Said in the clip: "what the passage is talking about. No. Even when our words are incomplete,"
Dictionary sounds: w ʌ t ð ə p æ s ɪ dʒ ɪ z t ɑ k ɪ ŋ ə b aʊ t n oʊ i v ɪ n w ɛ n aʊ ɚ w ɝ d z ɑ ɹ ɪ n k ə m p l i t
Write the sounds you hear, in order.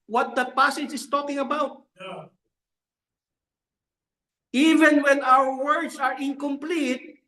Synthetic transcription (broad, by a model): w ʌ t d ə p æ s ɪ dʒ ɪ s t ɑ k ɪ ŋ ə b aʊ t i v ɪ n w ɛ n aʊ ɚ w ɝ d s ɑ ɹ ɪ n k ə m p l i t